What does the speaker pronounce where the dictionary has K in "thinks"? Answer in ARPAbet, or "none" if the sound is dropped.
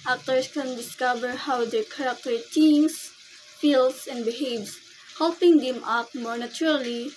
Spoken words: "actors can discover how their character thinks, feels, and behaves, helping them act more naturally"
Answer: none